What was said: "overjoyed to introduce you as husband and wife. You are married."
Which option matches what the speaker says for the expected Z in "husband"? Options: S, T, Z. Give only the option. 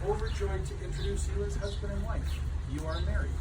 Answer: Z